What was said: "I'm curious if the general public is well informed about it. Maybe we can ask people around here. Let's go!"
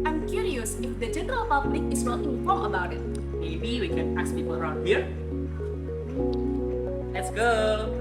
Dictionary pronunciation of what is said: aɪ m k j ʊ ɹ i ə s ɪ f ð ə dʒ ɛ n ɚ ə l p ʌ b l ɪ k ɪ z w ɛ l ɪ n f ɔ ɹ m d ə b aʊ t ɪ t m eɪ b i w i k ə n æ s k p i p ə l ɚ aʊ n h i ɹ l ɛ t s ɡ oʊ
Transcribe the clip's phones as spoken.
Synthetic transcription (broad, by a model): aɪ m k j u ɹ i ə s ɪ f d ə dʒ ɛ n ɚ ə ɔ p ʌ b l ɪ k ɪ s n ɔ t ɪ f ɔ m ə b aʊ t ɪ t m eɪ b i w i k ə n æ s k p i p ə l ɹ aʊ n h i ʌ l ɛ t s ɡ oʊ